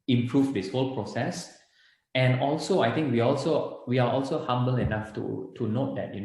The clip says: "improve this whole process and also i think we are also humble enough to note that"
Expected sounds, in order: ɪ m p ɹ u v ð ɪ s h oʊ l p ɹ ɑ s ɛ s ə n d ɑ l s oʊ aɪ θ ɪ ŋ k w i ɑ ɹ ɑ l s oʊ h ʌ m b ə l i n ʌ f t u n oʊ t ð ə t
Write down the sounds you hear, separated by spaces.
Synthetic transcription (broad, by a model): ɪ m p ɹ u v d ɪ s h oʊ l p ɹ ɑ s ɛ s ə n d ɑ l s oʊ aɪ t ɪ ŋ k w i ɑ l ɑ l s oʊ h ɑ m b ə l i n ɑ f t u n oʊ t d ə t